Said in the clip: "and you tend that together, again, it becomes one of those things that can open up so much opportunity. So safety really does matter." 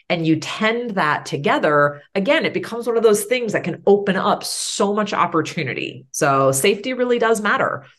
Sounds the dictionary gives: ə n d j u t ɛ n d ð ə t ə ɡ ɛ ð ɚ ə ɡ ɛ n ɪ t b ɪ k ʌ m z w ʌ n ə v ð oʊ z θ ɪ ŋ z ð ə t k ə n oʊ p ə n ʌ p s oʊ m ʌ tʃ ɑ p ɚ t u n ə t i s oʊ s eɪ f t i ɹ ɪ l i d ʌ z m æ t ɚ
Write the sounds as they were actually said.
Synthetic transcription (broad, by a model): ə n j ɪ t ɛ n ð ə t ə ɡ ɛ ð ɚ ə ɡ ɛ n ɪ t b ɪ k ʌ m z w ʌ n ə v ð oʊ z θ ɪ ŋ z ð ə t k ə n oʊ p ə n ʌ p s oʊ m ʌ tʃ ɑ p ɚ t u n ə t i s oʊ s eɪ f t i ɹ ɪ l i d ʌ z m æ t ɚ